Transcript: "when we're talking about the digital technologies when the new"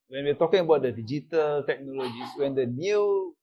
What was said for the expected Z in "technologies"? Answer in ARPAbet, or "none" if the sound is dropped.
S